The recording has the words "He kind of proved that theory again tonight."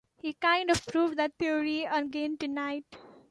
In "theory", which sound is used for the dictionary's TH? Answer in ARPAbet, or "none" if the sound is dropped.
T